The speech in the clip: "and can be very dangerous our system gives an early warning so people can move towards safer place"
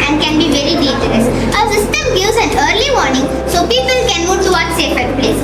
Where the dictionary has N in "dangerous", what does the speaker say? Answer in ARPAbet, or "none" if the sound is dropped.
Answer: none